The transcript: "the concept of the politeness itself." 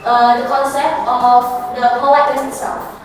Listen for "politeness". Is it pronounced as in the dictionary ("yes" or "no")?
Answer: no